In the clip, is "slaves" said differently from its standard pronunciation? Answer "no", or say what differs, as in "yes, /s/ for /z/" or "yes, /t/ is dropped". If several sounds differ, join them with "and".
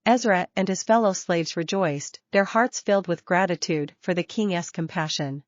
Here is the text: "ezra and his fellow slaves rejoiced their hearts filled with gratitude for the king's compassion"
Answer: no